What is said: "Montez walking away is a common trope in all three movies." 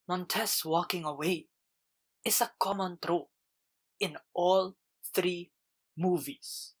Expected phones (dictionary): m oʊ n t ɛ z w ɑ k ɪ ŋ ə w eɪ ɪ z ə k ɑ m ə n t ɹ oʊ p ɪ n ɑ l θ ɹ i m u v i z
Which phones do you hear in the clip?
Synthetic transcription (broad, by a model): m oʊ n t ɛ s w ɑ k ɪ ŋ ə w eɪ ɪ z ə k ɑ m ə n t ɹ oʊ ɪ n ɑ l θ ɹ i m u v i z